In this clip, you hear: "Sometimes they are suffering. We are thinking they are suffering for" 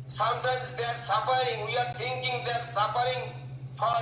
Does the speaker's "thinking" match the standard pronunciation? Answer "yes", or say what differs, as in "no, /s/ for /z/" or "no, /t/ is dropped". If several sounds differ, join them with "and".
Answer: no, /t/ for /θ/